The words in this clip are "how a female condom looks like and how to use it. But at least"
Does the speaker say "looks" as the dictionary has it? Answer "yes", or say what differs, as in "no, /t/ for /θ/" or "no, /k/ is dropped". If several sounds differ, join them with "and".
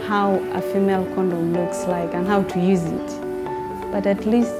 yes